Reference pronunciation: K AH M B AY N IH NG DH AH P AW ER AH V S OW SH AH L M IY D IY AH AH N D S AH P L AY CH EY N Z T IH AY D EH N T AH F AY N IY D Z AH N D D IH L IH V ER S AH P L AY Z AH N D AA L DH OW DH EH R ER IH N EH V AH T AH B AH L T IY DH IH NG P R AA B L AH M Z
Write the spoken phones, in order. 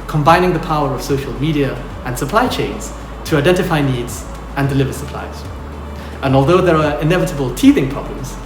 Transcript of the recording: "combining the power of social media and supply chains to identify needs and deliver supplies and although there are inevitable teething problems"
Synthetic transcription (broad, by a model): K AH M B AY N IH NG DH AH P AW ER AH V S OW SH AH L M IY D IY AH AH N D S AH P L AY CH EY N Z T IH AY D EH N T AH F AY N IY D Z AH N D D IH L IH V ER S AH P L AY Z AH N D AA L DH OW DH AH R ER IH N EH V AH T AH B AH L T IY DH IH NG P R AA B L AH M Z